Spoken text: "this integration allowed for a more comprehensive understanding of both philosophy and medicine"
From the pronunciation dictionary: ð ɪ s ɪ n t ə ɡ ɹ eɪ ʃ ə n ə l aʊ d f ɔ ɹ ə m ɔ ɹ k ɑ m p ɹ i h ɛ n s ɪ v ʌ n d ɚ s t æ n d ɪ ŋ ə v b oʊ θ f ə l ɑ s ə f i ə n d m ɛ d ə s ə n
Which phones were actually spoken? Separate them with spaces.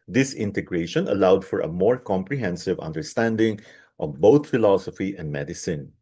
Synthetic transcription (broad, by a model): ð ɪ s ɪ n t ə ɡ ɹ eɪ ʃ ə n ə l aʊ d f ɔ ɹ ə m ɔ ɹ k ɑ m p ɹ i h ɛ n s ɪ v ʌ n d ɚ s t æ n d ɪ ŋ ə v b oʊ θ f ə l ɑ s ə f i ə n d m ɛ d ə s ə n